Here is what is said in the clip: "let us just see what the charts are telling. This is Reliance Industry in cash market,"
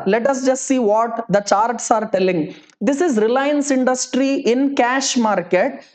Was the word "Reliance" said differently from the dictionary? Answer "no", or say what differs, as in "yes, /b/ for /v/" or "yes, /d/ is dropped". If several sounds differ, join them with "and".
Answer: no